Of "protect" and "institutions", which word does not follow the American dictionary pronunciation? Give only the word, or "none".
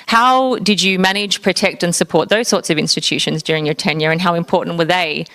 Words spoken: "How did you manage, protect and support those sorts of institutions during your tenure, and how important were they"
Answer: none